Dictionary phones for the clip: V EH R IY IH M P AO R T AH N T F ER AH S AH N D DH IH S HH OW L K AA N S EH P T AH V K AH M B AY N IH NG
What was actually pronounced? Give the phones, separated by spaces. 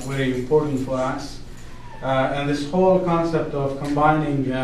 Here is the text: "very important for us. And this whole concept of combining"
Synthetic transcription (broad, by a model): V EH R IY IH P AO R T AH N F ER AH S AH N DH IH S HH OW L K AA N S EH P T AH V K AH M B AY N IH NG